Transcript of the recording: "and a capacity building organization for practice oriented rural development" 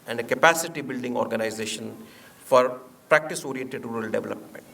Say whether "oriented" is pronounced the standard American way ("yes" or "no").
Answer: no